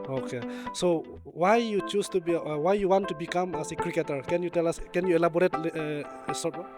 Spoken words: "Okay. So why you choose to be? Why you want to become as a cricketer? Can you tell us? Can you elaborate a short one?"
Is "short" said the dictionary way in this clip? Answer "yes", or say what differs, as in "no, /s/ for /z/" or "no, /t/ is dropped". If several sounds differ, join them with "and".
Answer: no, /s/ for /ʃ/